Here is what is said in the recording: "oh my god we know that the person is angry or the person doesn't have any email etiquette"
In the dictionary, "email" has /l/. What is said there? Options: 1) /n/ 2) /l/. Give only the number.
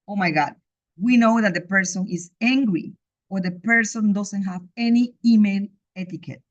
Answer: 1